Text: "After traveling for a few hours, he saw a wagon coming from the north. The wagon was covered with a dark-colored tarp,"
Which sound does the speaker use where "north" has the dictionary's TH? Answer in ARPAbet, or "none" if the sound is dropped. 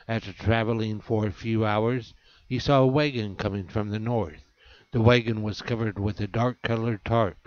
TH